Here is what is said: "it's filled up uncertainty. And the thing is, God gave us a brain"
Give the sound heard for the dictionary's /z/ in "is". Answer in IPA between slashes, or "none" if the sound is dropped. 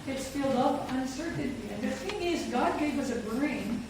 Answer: /z/